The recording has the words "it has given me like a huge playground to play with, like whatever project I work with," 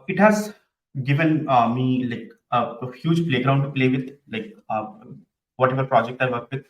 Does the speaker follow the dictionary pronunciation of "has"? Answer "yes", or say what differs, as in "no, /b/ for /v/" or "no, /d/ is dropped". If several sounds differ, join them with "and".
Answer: yes